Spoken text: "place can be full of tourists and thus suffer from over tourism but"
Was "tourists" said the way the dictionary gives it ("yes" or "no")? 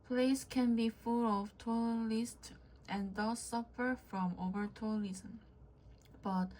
no